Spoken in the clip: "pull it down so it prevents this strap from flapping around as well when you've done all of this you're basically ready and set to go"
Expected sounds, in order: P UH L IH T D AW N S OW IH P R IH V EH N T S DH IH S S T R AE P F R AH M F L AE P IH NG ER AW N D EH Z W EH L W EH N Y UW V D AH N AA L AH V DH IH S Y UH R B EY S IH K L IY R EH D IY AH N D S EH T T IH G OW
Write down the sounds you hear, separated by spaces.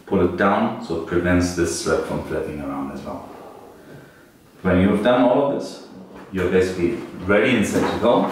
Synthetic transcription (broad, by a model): P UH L IH T D AW N S OW IH P R IH V EH N T S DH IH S S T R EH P F R AH M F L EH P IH NG ER AW N D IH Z W EH L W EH N Y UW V D AH N AA L AH V DH IH S Y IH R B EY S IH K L IY R EH D IY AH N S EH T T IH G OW